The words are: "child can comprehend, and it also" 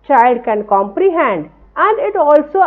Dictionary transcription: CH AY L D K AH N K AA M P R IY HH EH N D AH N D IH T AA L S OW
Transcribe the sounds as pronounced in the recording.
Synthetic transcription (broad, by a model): CH AY L D K AH N K AA M P R IY HH EH N D AH N D IH T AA L S OW